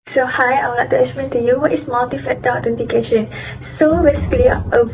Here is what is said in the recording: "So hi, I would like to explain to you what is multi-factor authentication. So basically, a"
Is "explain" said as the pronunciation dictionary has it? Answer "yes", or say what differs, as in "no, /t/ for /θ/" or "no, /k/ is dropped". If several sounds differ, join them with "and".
no, /l/ is dropped